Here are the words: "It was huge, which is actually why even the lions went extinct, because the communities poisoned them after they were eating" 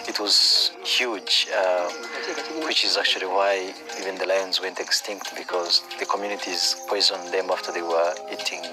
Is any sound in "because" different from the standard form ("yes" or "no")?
no